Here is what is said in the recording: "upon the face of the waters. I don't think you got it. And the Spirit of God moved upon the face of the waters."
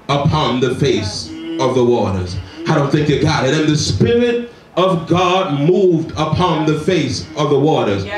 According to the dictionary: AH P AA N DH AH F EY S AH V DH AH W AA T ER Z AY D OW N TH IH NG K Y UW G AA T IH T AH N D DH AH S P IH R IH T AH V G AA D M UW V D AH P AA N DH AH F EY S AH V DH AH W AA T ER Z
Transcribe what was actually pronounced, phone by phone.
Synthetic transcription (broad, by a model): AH P AA N DH AH F EY S AH V DH AH W AA T ER Z AY D OW N TH IH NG K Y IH G AA T IH T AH N DH AH S P IH R IH T AH V G AA D M UW V D AH P AA N DH AH F EY S AH V DH AH W AA T ER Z